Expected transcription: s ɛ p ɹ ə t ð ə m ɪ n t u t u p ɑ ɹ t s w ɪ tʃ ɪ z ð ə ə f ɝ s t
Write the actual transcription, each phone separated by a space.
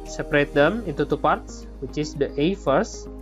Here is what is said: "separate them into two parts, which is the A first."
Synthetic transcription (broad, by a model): s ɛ p ɹ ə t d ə m ɪ n t u t u p ɑ ɹ t s w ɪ tʃ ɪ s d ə ə f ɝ s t